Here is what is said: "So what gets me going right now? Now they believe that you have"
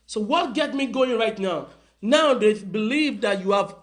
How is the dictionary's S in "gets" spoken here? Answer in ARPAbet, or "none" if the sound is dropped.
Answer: none